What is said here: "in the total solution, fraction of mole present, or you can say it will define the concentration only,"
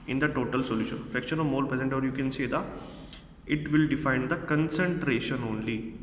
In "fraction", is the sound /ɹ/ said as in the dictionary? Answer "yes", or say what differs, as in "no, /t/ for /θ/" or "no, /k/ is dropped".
no, /ɹ/ is dropped